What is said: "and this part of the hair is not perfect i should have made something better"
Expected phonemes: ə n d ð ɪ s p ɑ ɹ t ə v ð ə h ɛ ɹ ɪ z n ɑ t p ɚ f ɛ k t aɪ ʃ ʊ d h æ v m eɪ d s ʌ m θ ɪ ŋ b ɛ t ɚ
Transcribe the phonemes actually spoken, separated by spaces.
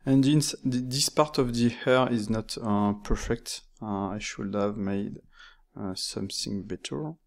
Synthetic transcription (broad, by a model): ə n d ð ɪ s p ɑ ɹ t ə v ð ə h ɛ ɹ ɪ z n ɑ t p ɚ f ɛ k t aɪ ʃ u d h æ v m eɪ d s ʌ m θ ɪ ŋ b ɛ t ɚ